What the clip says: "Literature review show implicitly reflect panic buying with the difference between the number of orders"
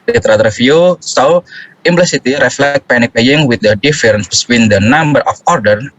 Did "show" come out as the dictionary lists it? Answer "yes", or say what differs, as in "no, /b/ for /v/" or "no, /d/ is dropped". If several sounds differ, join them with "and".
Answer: no, /s/ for /ʃ/